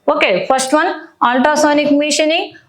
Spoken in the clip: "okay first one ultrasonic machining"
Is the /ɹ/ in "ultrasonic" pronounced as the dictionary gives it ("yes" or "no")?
no